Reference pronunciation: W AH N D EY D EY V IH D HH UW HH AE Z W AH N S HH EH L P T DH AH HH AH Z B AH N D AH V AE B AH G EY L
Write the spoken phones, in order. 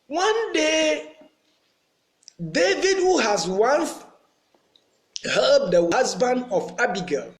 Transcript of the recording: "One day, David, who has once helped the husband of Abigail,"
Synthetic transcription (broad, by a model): W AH N D EY D EY V IH D HH UW HH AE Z W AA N TH HH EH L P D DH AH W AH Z B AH N D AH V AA B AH G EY